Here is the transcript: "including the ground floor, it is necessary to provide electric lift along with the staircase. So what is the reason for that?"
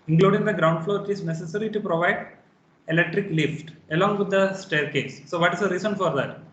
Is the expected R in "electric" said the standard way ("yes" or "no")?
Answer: yes